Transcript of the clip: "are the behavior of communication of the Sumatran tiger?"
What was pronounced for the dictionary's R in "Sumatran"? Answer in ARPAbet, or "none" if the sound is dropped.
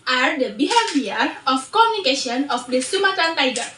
none